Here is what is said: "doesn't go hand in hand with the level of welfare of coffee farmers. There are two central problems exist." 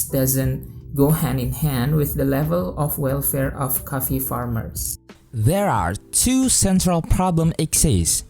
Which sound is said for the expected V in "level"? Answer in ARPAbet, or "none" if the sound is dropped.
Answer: V